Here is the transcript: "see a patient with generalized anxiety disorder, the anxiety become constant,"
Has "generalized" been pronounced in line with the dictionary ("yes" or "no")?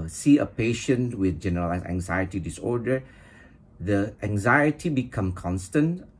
no